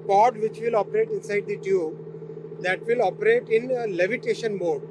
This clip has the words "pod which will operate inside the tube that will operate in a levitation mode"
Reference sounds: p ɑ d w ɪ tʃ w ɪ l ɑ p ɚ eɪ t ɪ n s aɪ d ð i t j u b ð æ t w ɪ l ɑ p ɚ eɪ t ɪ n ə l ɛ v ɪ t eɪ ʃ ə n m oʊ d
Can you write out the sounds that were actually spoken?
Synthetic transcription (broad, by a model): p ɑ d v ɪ tʃ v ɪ l ɑ p ɚ eɪ t ɪ n s aɪ d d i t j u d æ t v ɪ l ɑ p ɚ eɪ t ɪ n ə l ɛ v ɪ t eɪ ʃ ə n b oʊ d